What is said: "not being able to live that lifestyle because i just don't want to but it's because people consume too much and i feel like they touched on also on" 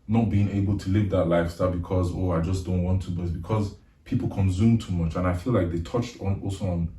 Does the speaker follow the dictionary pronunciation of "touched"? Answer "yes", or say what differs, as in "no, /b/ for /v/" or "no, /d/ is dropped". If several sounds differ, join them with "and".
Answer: yes